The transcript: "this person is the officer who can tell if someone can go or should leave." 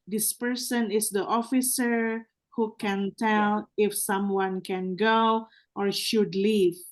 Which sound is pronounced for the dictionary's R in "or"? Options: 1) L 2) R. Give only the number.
2